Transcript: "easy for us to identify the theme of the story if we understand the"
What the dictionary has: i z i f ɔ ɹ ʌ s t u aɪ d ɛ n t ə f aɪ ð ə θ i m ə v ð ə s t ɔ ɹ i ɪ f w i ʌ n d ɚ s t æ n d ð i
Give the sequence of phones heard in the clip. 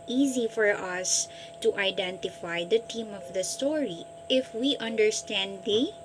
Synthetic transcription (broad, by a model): i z i f ɔ ɹ ʌ s t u aɪ d ɛ n t ə f aɪ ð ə t i m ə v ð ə s t ɔ ɹ i ɪ f w i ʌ n d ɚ s t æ n d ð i